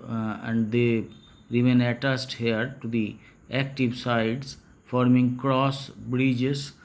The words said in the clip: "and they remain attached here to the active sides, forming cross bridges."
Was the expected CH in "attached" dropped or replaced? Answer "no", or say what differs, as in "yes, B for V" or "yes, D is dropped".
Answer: yes, S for CH